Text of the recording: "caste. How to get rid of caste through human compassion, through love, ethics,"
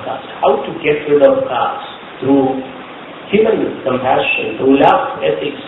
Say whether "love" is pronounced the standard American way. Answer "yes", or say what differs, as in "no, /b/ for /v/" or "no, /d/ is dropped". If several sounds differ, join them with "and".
no, /f/ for /v/